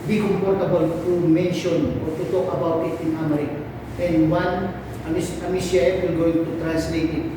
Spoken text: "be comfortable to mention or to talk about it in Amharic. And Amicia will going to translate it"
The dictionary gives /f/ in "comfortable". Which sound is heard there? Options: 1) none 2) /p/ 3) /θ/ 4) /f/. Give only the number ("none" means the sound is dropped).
2